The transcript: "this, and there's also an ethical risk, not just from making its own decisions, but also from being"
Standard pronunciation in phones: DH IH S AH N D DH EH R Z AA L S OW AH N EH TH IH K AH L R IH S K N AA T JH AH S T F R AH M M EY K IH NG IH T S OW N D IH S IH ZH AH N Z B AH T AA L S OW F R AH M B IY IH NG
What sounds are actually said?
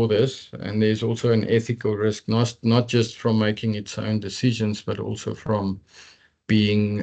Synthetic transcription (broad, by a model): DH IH S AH N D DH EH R Z AA L S OW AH N EH TH IH K AH L R IH S K N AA T JH AH S T F R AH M M EY K IH NG IH T S OW N D IH S IH ZH AH N Z B AH T AA L S OW F R AH M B IY IH NG